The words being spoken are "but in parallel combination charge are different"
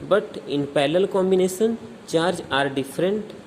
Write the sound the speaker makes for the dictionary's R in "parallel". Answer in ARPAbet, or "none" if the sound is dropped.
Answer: L